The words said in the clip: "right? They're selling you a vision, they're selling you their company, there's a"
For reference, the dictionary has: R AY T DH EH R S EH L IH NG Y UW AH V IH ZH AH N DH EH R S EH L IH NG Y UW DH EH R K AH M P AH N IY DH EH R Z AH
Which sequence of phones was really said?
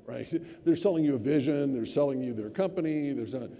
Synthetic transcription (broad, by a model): R AY T DH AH R S EH L IH NG Y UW AH V IH ZH AH N DH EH R S EH L IH NG Y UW DH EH R K AH M P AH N IY DH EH R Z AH